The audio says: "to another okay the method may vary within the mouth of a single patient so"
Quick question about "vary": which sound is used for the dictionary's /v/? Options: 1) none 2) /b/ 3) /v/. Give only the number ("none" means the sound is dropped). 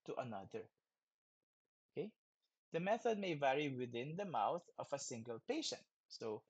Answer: 3